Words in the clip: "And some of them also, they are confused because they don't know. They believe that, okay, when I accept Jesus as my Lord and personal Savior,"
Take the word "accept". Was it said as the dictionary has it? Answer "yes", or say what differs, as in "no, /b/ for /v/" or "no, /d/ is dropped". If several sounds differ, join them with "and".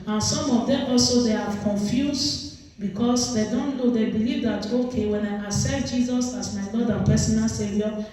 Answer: no, /k/ is dropped